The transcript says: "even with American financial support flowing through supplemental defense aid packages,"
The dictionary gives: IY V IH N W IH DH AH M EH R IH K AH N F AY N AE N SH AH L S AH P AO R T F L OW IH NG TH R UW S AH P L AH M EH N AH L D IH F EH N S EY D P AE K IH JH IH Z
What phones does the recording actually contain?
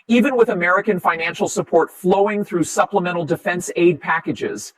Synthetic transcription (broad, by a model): IY V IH N W IH DH AH M EH R IH K AH N F AY N AE N SH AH L S AH P AO R T F L OW IH NG TH R UW S AH P L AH M EH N L D IH F EH N S EY D P AE K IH JH IH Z